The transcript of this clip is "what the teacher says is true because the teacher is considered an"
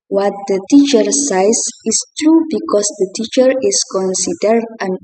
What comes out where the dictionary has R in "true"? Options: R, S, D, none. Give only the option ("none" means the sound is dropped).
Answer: R